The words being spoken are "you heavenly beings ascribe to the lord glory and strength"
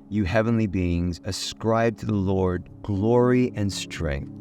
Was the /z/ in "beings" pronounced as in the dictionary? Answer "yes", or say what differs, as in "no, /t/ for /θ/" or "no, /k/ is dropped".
yes